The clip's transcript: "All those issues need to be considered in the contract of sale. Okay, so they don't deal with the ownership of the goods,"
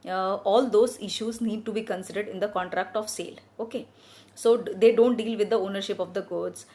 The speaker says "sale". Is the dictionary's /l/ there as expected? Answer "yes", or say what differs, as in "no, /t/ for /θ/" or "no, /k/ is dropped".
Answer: yes